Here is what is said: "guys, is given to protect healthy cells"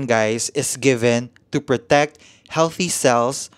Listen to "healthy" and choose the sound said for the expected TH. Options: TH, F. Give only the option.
TH